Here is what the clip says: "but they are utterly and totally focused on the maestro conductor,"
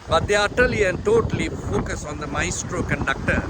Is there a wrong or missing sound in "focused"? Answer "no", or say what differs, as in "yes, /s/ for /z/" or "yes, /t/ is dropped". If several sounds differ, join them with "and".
yes, /t/ is dropped